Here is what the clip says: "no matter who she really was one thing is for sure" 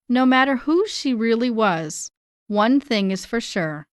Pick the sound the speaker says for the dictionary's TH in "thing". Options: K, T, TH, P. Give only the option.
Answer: TH